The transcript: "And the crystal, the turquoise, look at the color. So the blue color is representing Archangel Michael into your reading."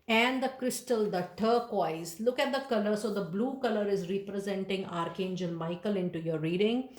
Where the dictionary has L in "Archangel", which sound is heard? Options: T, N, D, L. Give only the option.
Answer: N